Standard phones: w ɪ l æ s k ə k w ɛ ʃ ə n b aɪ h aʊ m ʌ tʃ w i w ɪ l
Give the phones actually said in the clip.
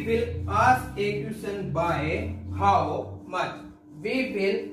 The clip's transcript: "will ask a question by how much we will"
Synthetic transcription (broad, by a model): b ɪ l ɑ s ə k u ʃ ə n b aɪ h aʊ m ʌ tʃ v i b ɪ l